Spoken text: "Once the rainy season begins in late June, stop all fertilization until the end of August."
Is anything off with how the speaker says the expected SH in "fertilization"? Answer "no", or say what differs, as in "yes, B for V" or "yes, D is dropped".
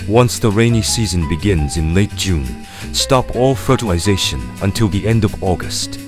no